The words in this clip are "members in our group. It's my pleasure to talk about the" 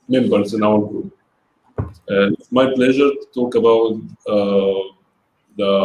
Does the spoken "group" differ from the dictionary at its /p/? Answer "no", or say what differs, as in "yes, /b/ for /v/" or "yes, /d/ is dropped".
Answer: yes, /p/ is dropped